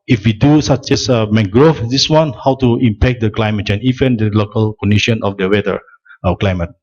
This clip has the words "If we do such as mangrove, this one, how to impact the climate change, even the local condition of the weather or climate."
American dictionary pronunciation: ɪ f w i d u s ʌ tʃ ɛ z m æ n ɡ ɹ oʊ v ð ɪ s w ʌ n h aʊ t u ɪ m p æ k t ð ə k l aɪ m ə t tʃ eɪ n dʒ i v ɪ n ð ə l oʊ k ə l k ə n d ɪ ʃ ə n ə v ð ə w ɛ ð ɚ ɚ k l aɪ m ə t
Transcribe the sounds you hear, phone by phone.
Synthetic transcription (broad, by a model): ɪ f w i d u s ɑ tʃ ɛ s m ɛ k ɡ ɹ oʊ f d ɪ s w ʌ n h aʊ t u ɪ m p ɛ k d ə k l aɪ m ə t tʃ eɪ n i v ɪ n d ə l oʊ k ə l k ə n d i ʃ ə n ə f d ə w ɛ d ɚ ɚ k l aɪ m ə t